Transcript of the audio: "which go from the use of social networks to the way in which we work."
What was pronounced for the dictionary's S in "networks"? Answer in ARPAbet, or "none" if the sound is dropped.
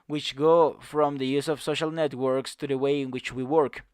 S